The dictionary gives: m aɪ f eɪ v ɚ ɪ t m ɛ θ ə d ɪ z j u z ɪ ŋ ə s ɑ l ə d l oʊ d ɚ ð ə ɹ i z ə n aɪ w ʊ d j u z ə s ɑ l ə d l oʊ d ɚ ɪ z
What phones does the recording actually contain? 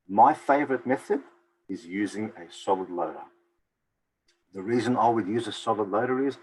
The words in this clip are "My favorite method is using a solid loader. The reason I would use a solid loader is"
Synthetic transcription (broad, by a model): m aɪ f eɪ v ɚ ɪ t m ɛ θ ə d ɪ z j u z ɪ ŋ ə s ɑ l ə d l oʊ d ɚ ð ə ɹ i z ə n aɪ w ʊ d j u z ə s ɑ l ə d l oʊ d ɚ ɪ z